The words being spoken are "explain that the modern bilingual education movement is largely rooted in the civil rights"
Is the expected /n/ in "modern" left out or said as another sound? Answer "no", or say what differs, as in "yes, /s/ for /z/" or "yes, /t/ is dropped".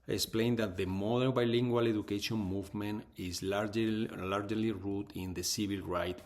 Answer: yes, /l/ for /n/